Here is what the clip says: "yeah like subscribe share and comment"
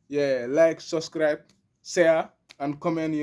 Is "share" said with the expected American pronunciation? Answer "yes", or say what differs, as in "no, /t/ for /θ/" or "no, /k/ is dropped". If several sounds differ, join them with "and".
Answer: no, /s/ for /ʃ/